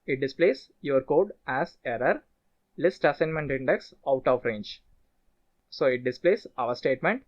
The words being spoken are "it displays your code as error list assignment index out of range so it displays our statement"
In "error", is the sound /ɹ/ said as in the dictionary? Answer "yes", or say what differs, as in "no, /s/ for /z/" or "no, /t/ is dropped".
yes